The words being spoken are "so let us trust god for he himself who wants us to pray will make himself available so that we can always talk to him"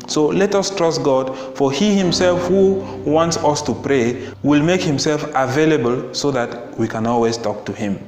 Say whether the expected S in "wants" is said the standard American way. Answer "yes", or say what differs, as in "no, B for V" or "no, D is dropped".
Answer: yes